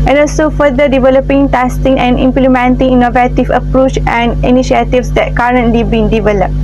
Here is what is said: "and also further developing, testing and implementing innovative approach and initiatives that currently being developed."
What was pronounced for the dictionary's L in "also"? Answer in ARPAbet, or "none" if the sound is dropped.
L